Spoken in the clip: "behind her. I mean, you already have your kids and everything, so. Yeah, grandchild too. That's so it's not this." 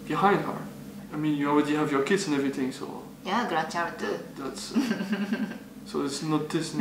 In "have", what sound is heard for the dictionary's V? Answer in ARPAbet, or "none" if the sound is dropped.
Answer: V